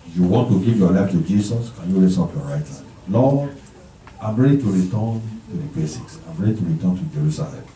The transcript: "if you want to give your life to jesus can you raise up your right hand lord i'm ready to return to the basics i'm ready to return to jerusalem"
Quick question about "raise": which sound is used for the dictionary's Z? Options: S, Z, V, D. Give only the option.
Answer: S